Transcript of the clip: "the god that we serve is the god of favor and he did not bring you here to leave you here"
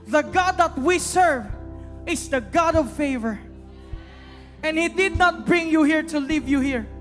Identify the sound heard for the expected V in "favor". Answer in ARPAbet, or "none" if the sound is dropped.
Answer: V